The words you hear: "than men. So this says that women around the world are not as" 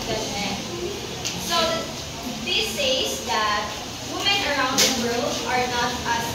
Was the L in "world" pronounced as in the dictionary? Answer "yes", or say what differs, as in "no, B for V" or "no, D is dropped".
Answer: yes